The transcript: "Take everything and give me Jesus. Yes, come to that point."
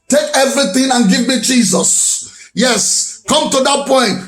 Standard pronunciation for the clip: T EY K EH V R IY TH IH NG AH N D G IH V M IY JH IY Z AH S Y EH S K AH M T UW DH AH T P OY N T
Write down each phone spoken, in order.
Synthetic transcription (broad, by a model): T EY K EH V R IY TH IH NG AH N G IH V M IY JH IY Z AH S Y EH S K AH M T UW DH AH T P OY N T